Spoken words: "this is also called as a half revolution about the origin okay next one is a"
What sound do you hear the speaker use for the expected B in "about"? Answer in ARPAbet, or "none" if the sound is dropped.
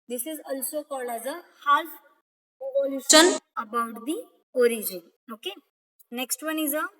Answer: B